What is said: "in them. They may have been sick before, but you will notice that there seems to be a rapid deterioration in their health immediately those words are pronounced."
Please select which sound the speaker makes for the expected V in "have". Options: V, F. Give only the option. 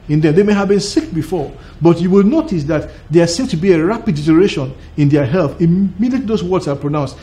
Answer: V